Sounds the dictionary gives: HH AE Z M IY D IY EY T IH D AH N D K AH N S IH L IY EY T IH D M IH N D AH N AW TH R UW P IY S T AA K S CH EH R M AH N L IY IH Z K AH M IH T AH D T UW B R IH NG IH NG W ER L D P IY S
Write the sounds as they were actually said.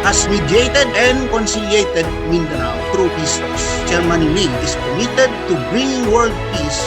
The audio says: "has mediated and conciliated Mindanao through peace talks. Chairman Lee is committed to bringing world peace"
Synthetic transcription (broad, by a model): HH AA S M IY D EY T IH D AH N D K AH N S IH L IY EY T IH D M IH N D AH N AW T R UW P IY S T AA S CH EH R M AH N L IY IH S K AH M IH T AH D T UW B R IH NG W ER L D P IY S